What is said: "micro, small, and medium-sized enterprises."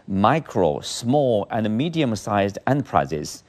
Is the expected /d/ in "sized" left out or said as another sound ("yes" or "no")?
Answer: no